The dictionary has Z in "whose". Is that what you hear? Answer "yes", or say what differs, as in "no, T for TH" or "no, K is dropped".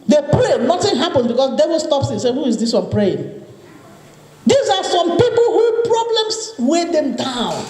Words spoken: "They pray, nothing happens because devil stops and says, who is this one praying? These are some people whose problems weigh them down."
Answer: no, Z is dropped